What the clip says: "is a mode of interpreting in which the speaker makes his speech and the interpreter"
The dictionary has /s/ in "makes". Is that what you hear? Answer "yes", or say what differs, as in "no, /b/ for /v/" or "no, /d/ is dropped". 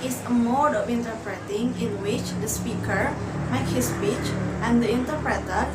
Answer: no, /s/ is dropped